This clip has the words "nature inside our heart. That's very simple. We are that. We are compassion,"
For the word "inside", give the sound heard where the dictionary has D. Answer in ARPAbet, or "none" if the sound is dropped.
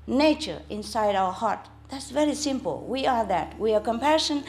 D